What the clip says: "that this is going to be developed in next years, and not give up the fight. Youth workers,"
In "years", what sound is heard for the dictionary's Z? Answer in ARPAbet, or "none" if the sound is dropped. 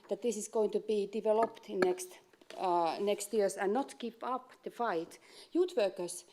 S